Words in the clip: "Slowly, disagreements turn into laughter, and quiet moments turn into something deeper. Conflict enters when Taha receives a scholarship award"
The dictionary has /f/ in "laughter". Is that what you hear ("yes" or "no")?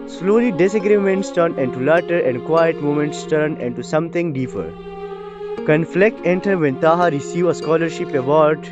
no